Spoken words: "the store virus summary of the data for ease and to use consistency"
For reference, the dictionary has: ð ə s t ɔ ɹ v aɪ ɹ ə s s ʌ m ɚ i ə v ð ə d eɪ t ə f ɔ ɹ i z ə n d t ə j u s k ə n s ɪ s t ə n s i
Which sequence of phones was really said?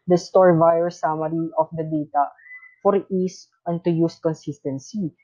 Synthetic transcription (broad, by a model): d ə s t ɔ ɹ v aɪ ə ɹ s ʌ m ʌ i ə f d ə d eɪ t ə f ɔ ɹ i s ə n t ə j u s k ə n s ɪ s t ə n s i